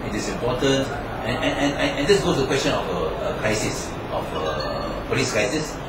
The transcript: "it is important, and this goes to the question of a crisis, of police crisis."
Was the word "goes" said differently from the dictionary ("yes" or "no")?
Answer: yes